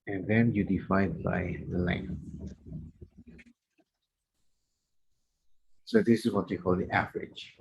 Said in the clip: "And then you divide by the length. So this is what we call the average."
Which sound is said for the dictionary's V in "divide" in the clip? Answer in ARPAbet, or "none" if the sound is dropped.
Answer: F